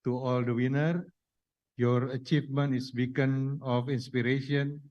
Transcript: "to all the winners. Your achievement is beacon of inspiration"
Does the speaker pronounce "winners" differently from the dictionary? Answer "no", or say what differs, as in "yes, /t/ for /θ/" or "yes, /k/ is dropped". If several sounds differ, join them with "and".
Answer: yes, /z/ is dropped